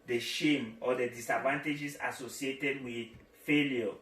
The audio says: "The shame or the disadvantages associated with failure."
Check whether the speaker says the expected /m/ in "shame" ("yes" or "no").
yes